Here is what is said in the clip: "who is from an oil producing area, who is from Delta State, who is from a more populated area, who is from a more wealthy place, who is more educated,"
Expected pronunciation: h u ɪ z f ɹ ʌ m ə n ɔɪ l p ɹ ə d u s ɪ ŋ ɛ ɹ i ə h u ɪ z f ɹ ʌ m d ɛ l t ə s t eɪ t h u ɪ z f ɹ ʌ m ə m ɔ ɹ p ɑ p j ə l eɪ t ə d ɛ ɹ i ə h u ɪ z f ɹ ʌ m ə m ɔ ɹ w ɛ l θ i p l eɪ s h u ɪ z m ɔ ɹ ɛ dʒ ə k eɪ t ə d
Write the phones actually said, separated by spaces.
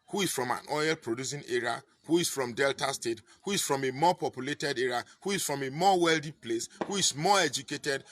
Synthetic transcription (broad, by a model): h u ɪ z f ɹ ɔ m ə n ɔɪ l p ɹ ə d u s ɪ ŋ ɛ ɹ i h u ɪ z f ɹ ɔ m d ɛ l t ə s t eɪ t h u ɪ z f ɹ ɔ m ə m ɔ p ɑ p j ə l eɪ t ə d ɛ ɹ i h u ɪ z f ɹ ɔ m ə m ɔ w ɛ l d i p l eɪ s h u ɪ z m ɔ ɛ dʒ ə k eɪ t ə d